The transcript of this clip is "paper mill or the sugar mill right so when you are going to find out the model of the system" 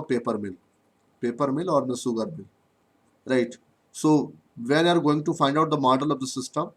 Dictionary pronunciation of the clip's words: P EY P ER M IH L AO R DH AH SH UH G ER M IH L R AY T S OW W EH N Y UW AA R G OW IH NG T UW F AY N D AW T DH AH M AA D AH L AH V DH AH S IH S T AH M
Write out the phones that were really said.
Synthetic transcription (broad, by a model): P EY P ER M IH L AO R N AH S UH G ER M IH L R AY T S OW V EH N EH AA R G OW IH NG T UW F AY N D AW T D AH M AA D AH L AH V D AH S IH S T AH M